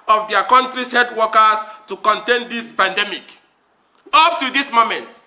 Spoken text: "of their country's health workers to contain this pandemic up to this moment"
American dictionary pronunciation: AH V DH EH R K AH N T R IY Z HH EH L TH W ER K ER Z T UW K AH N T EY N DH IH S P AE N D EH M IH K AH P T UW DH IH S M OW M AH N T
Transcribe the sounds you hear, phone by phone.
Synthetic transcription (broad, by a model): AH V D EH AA K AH N T R IY S HH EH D W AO K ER S T UW K AH N T EY N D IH S P AE N D EH M IH K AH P T UW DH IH S M OW M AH N T